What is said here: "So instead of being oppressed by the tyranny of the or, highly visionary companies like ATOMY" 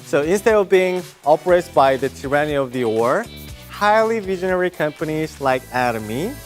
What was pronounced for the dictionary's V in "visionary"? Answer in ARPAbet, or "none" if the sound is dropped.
V